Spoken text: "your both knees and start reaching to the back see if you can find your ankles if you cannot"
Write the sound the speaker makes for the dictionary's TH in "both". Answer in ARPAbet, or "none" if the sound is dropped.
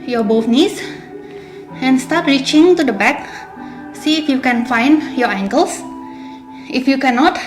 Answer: F